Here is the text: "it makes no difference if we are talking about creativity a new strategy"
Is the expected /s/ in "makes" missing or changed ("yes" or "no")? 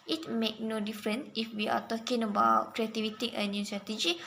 yes